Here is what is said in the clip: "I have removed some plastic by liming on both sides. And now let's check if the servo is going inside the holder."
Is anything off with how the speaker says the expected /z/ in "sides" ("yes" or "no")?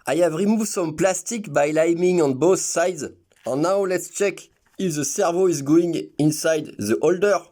no